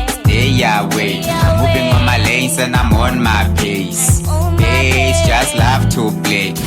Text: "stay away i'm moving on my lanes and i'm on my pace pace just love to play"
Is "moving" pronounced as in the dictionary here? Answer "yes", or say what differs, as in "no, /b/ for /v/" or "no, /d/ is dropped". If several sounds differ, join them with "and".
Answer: no, /b/ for /v/